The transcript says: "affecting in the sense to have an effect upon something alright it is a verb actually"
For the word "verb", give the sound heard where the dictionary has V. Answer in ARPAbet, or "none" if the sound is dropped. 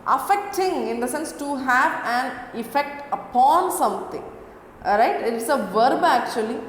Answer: V